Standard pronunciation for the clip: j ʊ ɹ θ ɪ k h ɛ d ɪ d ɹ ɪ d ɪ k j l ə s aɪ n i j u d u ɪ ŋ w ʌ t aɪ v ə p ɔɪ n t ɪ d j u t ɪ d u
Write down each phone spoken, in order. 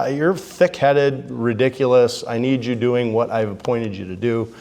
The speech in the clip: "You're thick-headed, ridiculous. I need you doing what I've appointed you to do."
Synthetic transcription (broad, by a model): j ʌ ɹ θ ɪ k h ɛ d ɪ d ɹ ɪ d ɪ k j l ə s aɪ n i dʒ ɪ d u ɪ ŋ w ʌ t aɪ v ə p ɔɪ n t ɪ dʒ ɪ t ɪ d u